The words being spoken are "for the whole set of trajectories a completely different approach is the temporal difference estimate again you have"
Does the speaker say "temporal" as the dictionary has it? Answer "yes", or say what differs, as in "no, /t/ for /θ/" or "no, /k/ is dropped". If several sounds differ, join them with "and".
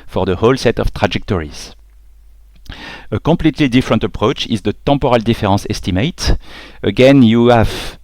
no, /m/ is dropped